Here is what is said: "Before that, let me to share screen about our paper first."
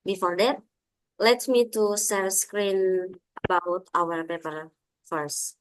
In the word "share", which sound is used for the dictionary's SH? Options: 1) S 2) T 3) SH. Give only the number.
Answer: 1